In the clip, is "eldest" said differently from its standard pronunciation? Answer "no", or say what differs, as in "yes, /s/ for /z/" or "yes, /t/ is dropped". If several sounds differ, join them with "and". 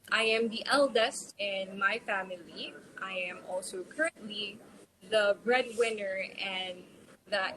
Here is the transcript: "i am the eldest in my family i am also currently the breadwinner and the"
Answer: no